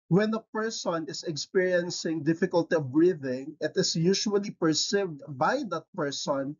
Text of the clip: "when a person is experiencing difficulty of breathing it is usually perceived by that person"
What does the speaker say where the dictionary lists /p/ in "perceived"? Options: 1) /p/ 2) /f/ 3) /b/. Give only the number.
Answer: 1